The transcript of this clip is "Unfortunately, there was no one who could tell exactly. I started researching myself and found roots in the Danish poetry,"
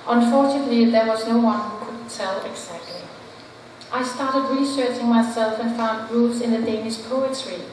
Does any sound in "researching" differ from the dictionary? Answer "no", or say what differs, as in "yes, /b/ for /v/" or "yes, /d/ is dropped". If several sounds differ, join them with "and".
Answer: no